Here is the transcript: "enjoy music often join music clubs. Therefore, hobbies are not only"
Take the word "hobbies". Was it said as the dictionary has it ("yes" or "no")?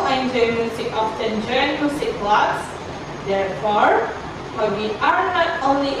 no